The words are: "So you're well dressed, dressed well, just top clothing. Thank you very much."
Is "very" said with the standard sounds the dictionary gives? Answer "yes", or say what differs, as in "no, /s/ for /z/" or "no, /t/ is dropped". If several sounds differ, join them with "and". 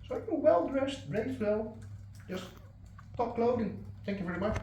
yes